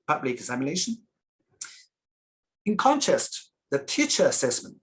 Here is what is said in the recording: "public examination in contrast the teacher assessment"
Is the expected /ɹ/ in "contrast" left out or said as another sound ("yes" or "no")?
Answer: yes